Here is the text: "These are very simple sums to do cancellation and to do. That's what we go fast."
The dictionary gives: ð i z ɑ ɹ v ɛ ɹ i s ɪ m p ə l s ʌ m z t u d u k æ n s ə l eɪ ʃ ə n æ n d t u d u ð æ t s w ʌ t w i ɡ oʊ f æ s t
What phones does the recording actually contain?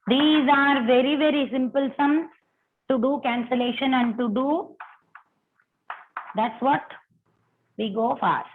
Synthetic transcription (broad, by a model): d i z ɑ ɹ v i ɹ i s ɪ m p ə l s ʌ m t u d u k æ n s ə l eɪ ʃ ə n æ n d t u d u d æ t s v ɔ t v i ɡ oʊ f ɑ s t